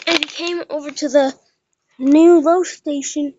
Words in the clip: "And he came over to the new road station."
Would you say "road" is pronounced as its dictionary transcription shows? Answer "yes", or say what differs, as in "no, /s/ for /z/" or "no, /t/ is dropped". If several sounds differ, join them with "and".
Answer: no, /l/ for /ɹ/